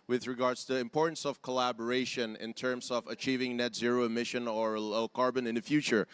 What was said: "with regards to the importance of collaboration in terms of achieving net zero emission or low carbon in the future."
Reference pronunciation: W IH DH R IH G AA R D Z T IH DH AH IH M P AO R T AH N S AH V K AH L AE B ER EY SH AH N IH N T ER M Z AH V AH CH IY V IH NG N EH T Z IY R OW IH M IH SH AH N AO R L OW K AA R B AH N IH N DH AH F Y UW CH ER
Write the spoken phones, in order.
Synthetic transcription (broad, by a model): W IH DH R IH G AA R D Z T IH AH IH M P AO R T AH N S AH V K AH L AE B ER EY SH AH N IH N T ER M S AH V AH CH IY V IH NG N EH T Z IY R OW IH M IH SH AH N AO R L OW K AA R B AH N IH N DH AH F Y UW CH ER